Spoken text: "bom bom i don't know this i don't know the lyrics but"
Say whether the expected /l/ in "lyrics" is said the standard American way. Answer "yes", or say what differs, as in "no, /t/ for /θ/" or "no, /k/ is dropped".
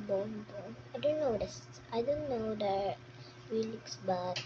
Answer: no, /w/ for /l/